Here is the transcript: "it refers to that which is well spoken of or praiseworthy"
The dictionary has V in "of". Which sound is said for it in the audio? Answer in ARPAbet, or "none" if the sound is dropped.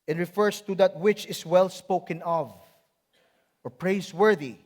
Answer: V